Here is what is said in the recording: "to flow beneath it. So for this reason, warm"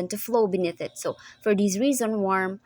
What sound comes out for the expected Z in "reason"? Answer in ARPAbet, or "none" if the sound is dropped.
Z